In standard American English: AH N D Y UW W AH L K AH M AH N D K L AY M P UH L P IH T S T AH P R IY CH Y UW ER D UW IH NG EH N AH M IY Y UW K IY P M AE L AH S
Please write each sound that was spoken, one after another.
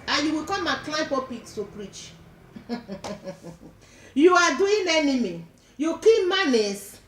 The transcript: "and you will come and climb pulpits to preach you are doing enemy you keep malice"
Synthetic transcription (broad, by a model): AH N Y UW W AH K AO M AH K L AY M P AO P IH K S T AH P R IY CH Y UW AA D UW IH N EH N AH M IY Y UW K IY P M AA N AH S